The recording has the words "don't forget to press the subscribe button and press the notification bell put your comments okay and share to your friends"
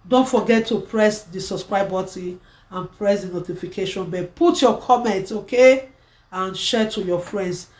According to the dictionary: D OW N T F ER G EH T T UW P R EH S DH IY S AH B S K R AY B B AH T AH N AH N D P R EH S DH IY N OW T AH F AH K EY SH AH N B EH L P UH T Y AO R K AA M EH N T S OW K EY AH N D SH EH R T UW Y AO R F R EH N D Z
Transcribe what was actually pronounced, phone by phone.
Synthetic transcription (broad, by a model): D OW N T F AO G EH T T UW P R EH S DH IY S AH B S K R AY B B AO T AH AH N P R EH S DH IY N OW T AH F AH K EY SH AH N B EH P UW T Y AO K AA M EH N T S OW K EY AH N SH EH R T UW Y AO F R EH N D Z